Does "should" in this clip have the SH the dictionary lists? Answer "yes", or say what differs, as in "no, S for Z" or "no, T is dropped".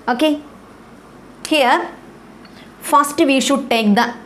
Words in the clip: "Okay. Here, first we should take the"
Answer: yes